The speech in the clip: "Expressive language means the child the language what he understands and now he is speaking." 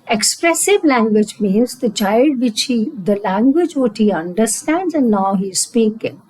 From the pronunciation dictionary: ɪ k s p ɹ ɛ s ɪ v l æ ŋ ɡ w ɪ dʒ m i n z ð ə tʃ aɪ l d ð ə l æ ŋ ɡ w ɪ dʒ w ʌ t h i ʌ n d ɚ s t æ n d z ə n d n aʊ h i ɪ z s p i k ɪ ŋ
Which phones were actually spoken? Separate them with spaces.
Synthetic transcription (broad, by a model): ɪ k s p ɹ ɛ s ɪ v l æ ŋ ɡ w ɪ dʒ m i n z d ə tʃ aɪ l d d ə l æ ŋ ɡ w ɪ dʒ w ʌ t h i ʌ n d ɚ s t æ n d z ə n d n aʊ h i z s p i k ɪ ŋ